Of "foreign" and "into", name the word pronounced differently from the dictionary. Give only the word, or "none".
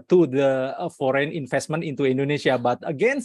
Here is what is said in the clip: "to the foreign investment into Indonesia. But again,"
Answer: none